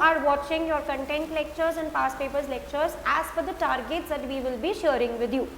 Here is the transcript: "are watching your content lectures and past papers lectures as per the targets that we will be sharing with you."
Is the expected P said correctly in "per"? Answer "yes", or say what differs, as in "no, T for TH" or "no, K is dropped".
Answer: no, F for P